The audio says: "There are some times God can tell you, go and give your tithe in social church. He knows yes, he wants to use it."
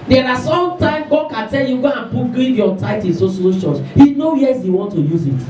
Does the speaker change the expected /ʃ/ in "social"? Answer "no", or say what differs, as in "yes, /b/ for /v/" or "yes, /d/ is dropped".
yes, /s/ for /ʃ/